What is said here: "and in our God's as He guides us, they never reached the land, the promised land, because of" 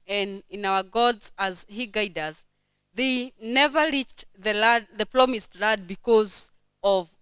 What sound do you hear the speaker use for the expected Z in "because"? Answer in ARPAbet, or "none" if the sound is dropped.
Z